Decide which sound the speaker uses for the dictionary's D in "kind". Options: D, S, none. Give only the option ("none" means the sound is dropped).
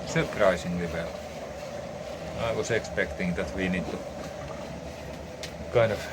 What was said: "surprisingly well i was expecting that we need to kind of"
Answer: none